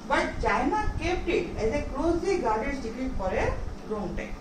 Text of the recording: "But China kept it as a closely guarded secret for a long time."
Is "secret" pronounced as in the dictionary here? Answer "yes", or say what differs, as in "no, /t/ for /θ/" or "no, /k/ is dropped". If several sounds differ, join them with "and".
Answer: no, /ɹ/ is dropped